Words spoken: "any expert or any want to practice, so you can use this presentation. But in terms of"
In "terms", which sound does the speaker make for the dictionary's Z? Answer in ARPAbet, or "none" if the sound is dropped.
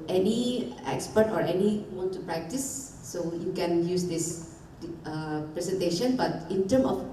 none